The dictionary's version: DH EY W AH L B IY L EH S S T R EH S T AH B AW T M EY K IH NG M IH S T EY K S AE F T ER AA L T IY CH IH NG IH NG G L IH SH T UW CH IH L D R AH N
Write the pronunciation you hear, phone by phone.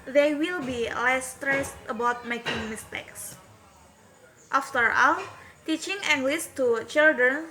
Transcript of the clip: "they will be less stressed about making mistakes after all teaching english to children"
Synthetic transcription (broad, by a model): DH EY W AH L B IY L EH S S T R EH S T AH B AW T M EY K IH NG M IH S T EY K S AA F T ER AA L T IY CH IH NG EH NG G L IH S T UW CH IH L D R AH N